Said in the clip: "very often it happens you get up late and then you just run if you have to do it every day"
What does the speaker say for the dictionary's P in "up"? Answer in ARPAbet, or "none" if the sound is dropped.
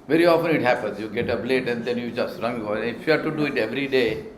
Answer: B